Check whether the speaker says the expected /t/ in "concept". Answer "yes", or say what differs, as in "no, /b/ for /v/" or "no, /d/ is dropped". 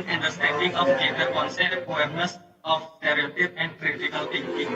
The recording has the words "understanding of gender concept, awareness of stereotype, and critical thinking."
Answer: no, /t/ is dropped